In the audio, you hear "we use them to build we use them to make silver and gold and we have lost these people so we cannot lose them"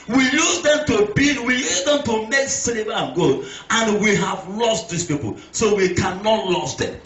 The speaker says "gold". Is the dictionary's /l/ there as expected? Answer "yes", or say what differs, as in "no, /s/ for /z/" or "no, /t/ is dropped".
no, /l/ is dropped